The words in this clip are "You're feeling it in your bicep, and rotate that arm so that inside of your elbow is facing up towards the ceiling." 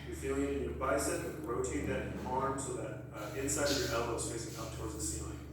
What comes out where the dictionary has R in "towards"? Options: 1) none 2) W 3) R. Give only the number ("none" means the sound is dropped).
3